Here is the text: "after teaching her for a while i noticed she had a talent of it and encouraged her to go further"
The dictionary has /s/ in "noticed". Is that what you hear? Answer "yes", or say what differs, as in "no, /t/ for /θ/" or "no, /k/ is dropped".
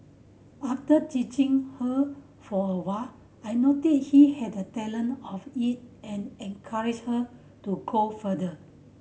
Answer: no, /s/ is dropped